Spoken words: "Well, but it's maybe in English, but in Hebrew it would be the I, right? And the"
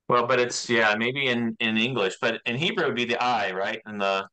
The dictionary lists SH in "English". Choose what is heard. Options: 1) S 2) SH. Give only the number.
2